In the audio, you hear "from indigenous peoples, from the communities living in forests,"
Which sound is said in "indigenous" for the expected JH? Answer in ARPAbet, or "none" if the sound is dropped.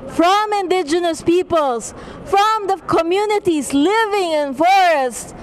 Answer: JH